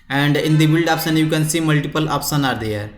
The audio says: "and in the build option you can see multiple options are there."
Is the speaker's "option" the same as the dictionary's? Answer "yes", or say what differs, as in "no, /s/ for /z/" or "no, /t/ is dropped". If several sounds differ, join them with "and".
no, /s/ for /ʃ/